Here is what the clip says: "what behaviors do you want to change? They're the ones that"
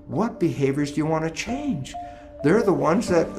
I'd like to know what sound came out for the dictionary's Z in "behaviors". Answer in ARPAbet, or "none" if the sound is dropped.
Z